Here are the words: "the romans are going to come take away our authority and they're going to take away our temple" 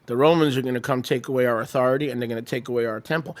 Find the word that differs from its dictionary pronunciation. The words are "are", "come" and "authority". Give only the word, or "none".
none